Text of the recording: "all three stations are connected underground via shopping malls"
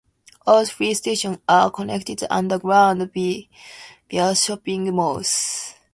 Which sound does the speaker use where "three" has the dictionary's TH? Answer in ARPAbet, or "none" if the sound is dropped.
F